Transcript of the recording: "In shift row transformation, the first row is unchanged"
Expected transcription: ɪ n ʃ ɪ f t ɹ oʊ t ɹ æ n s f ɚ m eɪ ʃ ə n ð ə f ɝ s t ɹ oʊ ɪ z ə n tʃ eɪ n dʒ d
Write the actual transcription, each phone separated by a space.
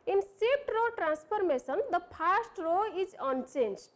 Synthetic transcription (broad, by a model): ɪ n s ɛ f t ɹ oʊ t ɹ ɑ n s p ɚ m eɪ s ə n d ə p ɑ s t ɹ oʊ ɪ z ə n tʃ eɪ n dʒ